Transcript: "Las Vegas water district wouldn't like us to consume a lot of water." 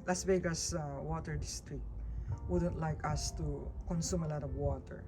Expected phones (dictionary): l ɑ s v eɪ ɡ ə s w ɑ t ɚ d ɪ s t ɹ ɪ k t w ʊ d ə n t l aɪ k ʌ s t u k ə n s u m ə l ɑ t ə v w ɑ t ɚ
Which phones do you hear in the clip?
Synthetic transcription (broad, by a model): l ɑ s b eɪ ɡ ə s w ɑ t ɚ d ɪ s t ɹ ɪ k w ʊ d ə n t l aɪ k ʌ s t u k ə n s u m ə l ɑ t ə v w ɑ t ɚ